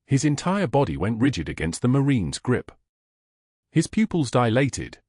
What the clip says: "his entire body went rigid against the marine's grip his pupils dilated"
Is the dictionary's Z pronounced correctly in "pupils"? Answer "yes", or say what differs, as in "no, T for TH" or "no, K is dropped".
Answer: yes